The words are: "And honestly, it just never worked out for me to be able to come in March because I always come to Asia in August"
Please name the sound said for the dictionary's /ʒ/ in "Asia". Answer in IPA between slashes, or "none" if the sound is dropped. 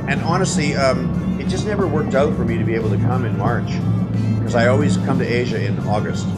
/ʒ/